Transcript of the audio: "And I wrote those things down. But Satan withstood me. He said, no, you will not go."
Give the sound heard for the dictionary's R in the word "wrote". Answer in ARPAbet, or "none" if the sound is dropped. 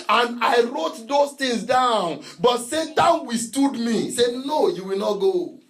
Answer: R